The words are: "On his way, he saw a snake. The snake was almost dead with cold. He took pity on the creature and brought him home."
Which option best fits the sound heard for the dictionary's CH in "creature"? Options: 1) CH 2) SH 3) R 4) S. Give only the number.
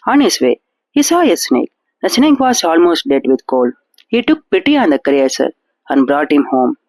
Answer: 4